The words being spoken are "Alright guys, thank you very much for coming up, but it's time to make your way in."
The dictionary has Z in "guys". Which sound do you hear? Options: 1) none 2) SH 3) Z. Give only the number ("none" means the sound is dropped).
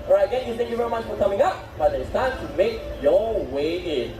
1